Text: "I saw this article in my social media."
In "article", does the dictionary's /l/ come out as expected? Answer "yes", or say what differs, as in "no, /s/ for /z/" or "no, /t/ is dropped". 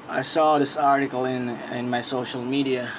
no, /n/ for /l/